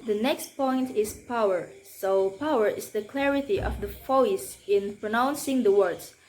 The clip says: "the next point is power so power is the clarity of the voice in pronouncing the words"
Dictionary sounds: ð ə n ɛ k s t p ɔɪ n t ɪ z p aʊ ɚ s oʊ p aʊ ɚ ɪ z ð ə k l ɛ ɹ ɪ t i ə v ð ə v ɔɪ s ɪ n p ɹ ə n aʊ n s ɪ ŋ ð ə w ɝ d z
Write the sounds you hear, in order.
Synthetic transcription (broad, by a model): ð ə n ɛ k s t p ɔɪ n t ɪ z p aʊ ɚ s oʊ p aʊ ɚ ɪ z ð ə k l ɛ ɹ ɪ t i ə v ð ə f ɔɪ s ɪ n p ɹ ə n aʊ n s ɪ ŋ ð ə w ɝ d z